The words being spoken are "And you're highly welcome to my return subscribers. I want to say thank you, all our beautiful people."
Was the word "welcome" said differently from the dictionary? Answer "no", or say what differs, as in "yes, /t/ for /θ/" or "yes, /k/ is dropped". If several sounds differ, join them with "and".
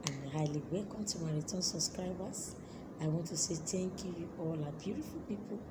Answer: no